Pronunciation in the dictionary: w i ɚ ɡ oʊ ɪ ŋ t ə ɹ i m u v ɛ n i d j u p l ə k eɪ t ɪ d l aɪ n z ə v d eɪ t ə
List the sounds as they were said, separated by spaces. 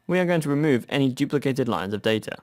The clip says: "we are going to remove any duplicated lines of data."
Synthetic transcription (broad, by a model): w i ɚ ɡ oʊ ɪ ŋ t ə ɹ i m u v ɛ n i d j u p l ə k eɪ t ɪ d l aɪ n z ə v d eɪ t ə